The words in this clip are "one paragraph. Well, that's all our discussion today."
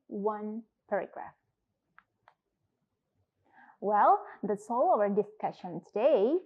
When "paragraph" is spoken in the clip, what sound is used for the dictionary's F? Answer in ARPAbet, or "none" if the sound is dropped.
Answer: F